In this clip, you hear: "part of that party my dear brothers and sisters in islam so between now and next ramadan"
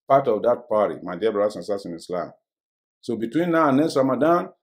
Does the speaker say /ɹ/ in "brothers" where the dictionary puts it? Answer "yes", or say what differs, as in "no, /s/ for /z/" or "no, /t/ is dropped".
no, /ɹ/ is dropped